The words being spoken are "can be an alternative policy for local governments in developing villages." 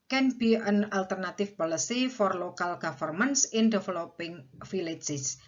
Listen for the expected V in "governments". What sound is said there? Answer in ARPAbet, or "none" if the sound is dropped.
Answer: F